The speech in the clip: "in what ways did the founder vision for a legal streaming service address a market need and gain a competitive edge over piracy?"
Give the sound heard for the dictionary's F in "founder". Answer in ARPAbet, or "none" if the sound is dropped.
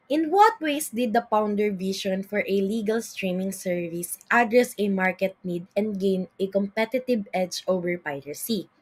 P